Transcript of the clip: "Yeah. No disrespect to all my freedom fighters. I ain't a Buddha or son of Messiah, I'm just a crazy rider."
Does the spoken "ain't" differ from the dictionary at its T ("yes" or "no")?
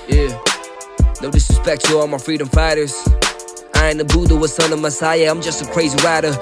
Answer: yes